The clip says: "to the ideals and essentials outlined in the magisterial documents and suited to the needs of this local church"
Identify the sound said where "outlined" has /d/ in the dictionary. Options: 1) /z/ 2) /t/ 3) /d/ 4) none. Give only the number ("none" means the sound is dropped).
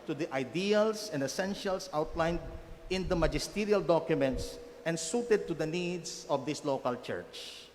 3